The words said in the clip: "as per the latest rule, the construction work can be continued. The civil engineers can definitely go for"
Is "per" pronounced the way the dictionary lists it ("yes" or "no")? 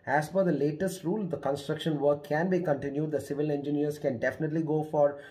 no